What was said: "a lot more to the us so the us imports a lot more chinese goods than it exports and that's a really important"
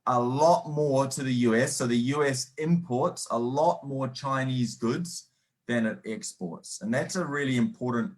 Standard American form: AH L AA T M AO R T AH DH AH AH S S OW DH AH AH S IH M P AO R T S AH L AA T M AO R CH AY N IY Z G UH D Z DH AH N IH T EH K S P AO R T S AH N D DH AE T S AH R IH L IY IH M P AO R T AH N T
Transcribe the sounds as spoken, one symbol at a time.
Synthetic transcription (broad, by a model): AH L AA T M AO R T AH DH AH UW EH S OW DH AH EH S IH M P AO R T S AH L AA T M AO R CH AY N IY Z G UH D Z DH AH N IH T EH K S P AO R T S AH N DH AE T S AH R IH L IY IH M P AO R T N T